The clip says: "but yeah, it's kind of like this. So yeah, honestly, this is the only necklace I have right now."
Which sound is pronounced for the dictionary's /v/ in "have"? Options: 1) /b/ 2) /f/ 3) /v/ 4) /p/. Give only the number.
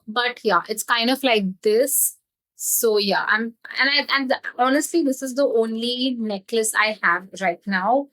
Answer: 3